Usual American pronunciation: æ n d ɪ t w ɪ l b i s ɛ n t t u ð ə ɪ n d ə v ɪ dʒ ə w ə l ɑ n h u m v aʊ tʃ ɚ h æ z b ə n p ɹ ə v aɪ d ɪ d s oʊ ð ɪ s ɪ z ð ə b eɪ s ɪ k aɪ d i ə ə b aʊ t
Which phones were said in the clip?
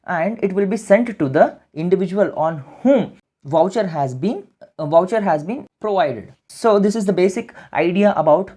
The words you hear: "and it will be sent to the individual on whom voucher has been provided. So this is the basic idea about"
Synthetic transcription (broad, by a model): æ n d ɪ t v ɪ l b i s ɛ n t t u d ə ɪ n d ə v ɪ dʒ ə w ə l ɑ n h u m v aʊ tʃ ɚ h æ z b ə n p ɹ ə v aɪ d ɪ d s oʊ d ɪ s ɪ z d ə b eɪ s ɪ k aɪ d i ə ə b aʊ t